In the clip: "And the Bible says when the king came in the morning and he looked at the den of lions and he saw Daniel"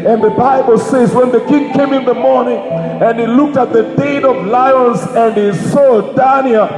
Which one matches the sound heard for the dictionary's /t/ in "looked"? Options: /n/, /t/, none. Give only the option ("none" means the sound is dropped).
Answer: /t/